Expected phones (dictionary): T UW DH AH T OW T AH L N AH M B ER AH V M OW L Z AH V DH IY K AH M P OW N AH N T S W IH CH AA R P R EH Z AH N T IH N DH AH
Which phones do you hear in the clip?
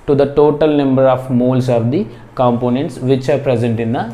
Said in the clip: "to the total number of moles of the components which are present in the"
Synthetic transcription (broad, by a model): T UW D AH T OW T AH L N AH M B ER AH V M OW L S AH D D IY K AH M P OW N AH N T S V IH CH AA R P R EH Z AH N T IH N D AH